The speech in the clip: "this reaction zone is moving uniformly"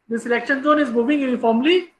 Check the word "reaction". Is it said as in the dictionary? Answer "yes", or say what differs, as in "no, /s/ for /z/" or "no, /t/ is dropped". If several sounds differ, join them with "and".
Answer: no, /l/ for /ɹ/